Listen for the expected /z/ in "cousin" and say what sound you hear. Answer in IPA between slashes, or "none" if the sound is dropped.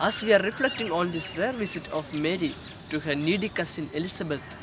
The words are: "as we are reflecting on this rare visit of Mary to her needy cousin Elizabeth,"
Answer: /s/